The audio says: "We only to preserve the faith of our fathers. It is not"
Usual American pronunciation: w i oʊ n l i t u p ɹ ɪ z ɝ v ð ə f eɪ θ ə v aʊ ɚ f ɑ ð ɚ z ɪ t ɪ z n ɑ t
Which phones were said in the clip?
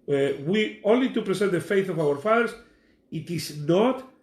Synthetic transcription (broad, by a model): w i oʊ n l i t u p ɹ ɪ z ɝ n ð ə f eɪ θ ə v aʊ ɚ f ɑ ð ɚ s ɪ t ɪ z n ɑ t